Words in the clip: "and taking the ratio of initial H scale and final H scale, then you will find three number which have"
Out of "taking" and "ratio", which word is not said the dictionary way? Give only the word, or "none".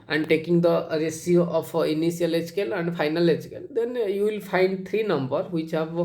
ratio